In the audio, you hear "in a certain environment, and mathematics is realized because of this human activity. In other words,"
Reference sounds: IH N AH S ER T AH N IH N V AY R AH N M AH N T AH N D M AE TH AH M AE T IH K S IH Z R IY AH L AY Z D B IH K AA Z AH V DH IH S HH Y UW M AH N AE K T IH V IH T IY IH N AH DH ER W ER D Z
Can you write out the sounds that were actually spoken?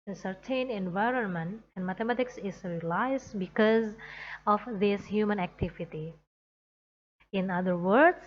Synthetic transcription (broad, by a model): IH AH S ER T AH N IH N V AY R AH N M AH N T AH N D M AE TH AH M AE T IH K S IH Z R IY L AY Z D B IH K AA Z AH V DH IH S HH Y UW M AH N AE K T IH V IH T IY IH N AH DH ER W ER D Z